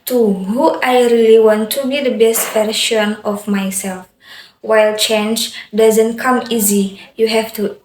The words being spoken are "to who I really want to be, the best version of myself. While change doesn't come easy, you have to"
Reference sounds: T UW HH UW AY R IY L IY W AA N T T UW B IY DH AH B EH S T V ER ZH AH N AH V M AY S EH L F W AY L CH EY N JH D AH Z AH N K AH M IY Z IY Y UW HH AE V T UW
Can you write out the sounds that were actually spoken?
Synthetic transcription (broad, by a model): T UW HH UW AY R IY L IY W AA N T T UW B IY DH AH B EH S T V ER SH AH N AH F M AY S EH L F W AY L CH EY N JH D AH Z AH N K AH M IY Z IY Y UW HH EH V T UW